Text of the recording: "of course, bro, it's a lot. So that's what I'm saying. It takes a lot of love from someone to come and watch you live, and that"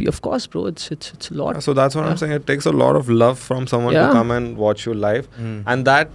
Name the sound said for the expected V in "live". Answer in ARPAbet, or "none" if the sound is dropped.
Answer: F